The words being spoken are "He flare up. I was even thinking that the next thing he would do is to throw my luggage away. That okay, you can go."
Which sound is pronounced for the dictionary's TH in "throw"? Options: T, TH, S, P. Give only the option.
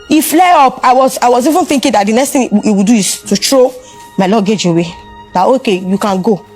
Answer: T